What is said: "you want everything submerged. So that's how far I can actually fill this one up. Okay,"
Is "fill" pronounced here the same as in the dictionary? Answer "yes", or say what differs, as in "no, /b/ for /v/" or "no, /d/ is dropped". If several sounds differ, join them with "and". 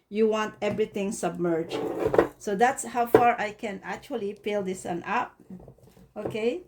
no, /p/ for /f/